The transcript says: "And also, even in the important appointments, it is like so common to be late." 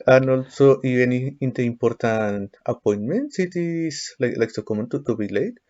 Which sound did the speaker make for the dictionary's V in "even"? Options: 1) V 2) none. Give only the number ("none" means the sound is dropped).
2